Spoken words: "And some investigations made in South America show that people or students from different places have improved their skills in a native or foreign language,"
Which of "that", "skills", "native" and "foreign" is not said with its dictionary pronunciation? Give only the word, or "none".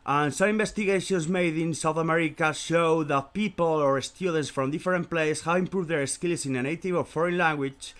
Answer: skills